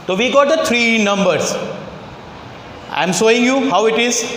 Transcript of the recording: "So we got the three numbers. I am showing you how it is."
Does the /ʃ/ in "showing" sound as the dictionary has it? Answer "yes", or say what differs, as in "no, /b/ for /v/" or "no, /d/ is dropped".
no, /s/ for /ʃ/